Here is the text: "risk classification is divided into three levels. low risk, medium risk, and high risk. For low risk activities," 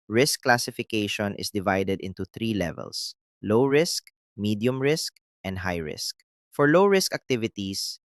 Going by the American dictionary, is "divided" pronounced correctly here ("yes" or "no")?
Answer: yes